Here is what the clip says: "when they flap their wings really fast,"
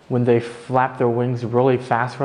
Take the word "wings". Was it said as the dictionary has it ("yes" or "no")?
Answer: yes